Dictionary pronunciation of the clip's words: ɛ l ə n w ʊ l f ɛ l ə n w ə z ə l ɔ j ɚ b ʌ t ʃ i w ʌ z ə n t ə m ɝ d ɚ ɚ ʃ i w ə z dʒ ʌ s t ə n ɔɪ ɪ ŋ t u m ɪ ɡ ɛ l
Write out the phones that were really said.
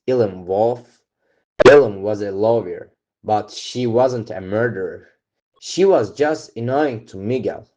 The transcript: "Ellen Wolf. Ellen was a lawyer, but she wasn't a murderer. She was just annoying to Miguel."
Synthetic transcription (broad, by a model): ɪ l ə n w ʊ l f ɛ l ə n w ə z ə l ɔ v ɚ b ʌ t ʃ i w ʌ z ə n t ə m ɝ d ɚ ɚ ʃ i w ə z dʒ ʌ s t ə n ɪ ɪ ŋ t u m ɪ ɡ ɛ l